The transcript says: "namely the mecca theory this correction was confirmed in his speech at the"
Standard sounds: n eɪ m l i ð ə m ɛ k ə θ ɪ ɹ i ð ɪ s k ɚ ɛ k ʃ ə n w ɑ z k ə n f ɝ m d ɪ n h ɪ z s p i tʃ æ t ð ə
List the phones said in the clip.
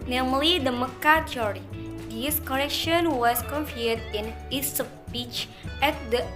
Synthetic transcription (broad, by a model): n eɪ m l i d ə m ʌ k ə t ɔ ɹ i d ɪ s k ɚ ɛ k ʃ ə n w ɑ s k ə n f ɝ d ɪ n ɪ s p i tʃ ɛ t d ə